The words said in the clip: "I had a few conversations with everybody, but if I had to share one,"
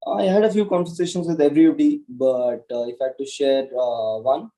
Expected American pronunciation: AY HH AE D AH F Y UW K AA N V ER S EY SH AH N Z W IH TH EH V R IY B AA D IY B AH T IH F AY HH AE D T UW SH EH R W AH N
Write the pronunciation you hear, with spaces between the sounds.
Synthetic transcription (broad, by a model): AY HH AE D AH F Y UW K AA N V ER S EY SH AH N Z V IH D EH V R IY AA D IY B AH T IH F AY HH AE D T UW SH EH R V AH N